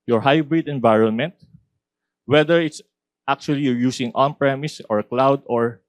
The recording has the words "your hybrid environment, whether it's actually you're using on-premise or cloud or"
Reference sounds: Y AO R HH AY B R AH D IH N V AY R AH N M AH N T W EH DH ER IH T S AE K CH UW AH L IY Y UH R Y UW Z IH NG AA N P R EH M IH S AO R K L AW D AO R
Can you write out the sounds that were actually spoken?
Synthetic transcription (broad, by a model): Y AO R HH AY B R AH D IH N V AY R AH N M AH N T W EH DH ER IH T S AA K CH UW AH L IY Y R Y UW S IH NG AA N P R EH M IH S AO R K L AW D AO R